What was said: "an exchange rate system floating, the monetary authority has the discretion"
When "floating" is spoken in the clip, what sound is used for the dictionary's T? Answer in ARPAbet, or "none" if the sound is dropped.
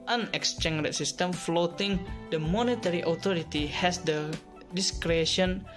T